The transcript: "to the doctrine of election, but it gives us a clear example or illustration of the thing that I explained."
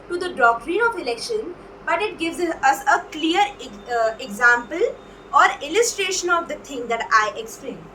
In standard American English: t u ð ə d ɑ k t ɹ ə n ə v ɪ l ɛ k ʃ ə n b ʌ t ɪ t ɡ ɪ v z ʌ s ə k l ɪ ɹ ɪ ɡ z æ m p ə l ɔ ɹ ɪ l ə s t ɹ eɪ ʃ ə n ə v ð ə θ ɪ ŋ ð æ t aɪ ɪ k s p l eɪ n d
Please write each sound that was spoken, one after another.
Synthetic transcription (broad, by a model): t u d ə d ɑ k t ɹ ə n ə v ɪ l ɛ k ʃ ə n b ʌ t ɪ t ɡ ɪ v z ʌ s ə k l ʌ ɹ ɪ ɡ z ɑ m p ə l ɔ ɹ ɪ l ə s t ɹ eɪ ʃ ə n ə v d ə t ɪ ŋ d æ t aɪ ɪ k s p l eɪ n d